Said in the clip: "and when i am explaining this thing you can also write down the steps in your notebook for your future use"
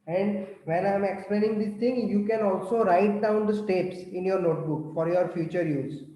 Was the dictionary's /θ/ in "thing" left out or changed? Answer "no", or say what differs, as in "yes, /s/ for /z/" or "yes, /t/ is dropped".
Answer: yes, /t/ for /θ/